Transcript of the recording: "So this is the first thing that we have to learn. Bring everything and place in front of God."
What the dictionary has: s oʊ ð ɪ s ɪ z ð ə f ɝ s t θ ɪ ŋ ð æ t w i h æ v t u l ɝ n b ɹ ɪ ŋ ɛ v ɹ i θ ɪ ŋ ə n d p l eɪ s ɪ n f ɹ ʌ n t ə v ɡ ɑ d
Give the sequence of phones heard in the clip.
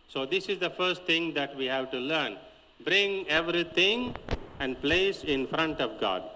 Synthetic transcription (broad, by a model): s oʊ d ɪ s ɪ z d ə f ɝ s t t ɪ ŋ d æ t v i h æ v t u l ɝ n b ɹ ɪ ŋ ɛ v ɹ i t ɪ ŋ ə n d p l eɪ s ɪ n f ɹ ʌ n t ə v ɡ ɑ d